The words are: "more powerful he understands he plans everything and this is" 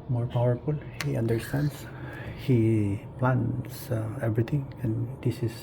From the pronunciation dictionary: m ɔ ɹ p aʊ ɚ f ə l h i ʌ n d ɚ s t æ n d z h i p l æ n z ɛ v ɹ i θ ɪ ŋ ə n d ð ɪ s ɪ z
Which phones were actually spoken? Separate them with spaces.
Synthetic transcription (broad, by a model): m ɔ ɹ p aʊ ɚ f ə l h i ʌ n d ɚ s t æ n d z h i p l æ n s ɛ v ɹ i t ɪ ŋ ə n d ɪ s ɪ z